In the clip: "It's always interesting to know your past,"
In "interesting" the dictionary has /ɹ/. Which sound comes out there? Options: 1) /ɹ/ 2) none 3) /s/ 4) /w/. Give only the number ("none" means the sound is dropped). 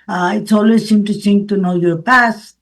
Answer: 2